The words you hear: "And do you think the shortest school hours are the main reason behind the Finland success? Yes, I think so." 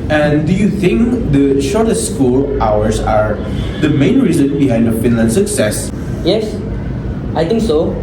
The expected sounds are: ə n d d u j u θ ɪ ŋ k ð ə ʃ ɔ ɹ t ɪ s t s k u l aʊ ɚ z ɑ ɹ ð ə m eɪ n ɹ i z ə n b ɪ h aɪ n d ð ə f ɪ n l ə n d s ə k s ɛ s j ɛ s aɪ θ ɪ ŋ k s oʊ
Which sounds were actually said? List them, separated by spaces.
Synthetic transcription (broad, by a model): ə n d d u j u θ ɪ ŋ k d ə ʃ ɔ ɹ t ɪ s t s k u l aʊ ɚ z ɑ ɹ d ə m eɪ n ɹ i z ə n b ɪ h aɪ n d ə f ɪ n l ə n s ə k s ɛ s j ɛ s aɪ t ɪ ŋ k s oʊ